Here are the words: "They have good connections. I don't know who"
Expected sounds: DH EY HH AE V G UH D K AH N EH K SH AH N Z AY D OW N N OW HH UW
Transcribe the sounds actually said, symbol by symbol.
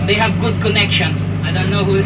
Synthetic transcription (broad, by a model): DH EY HH AE V G UH D K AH N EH K SH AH N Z AY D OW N N OW HH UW